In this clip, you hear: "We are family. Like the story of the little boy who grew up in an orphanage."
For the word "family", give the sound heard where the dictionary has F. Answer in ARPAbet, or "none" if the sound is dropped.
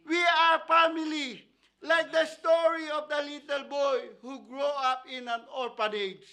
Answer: P